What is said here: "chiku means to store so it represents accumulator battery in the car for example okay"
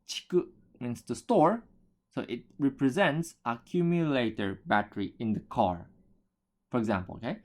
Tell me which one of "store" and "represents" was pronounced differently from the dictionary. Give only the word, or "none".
none